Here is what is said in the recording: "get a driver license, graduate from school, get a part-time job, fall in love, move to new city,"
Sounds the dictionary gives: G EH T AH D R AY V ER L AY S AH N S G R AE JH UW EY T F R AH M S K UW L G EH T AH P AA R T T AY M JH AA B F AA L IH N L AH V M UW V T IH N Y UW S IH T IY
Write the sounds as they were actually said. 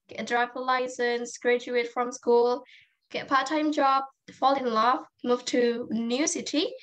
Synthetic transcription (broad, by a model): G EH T AH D R AY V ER L AY S AH N S G R AE JH UW EY T F R AH M S K UW L G EH T AH P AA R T T AY M JH AA B F AA L IH N L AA F M UW V T IH N Y UW S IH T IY